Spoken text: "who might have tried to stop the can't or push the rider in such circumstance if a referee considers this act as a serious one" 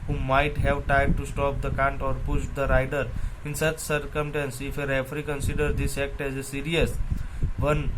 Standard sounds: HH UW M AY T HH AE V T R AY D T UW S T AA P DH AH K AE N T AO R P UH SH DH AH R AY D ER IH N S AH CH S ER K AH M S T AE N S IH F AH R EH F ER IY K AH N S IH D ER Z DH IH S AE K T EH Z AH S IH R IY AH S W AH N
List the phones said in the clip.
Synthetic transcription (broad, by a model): HH UW M AY T HH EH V T AY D T UW S T AA P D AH K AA N T AO R P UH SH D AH R AY D ER IH N S AH CH S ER K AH M S T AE N S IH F AH R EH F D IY K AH N S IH D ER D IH S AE K T EH Z AH S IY R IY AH S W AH N